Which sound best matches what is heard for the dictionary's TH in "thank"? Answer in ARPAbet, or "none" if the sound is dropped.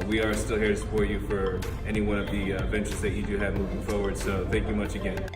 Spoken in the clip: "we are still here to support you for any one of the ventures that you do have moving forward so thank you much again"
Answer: TH